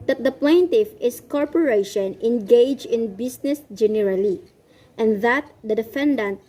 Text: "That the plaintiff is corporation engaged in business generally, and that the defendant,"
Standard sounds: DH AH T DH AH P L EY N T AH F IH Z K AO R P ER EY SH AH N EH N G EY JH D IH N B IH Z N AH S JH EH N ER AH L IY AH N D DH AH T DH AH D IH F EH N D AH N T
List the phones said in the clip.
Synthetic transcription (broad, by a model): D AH T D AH P L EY N T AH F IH S K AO R P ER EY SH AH N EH N G EY JH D IH N B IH S N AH S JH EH N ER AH L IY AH N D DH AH T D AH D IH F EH N D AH N T